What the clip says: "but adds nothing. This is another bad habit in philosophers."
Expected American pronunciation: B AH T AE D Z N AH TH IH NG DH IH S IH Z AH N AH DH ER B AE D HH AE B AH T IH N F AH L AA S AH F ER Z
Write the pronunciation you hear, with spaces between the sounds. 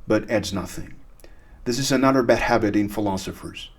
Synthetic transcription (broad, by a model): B AH T AE D Z N AH TH IH NG DH IH S IH Z AH N AH DH ER B AE D HH AE B AH T IH N F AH L AA S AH F ER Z